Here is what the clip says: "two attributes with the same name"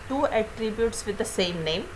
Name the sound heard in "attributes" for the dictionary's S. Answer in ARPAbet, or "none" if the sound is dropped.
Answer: S